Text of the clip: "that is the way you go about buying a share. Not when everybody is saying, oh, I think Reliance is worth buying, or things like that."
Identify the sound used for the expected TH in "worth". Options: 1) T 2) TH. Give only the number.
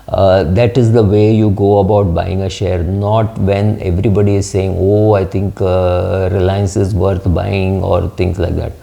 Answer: 1